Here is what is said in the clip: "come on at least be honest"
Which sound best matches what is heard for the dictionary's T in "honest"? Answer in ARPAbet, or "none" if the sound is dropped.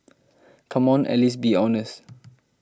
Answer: none